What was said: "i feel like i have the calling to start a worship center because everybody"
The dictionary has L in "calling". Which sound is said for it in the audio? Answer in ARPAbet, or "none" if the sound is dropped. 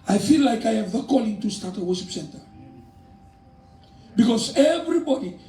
L